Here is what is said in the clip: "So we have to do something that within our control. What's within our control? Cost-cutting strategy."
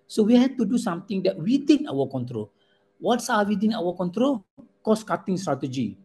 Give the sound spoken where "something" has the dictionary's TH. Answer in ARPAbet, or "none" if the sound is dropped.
T